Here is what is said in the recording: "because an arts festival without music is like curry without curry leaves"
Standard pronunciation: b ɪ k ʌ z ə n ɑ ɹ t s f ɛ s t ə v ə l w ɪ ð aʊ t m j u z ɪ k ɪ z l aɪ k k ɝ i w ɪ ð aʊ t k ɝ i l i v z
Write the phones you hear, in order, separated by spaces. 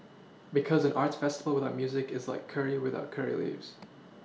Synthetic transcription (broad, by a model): b ɪ k ʌ z ə n ɑ ɹ t s f ɛ s t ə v l w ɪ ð aʊ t m j u z ɪ k ɪ z l aɪ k k ɝ i w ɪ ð aʊ t k ɝ i l i v z